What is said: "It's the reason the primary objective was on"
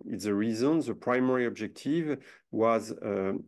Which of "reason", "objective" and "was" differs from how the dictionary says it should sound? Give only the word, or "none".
none